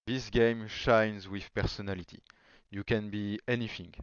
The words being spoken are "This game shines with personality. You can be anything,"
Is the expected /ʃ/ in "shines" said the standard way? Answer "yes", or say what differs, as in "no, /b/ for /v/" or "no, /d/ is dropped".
yes